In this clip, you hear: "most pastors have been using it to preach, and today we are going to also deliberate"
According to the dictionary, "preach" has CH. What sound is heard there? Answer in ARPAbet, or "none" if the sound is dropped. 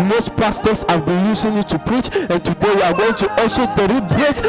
CH